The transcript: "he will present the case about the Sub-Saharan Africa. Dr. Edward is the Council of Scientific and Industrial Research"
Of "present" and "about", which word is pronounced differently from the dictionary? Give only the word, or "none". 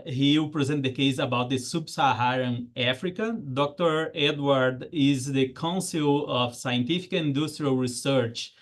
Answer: none